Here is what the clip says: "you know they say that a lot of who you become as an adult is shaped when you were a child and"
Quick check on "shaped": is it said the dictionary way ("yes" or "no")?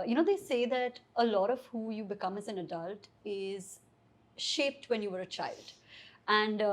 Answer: yes